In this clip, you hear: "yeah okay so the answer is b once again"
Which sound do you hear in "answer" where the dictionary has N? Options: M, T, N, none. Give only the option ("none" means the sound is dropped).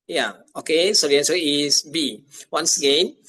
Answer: none